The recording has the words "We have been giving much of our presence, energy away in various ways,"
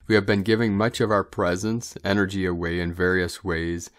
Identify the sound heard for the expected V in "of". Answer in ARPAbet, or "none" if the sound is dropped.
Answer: V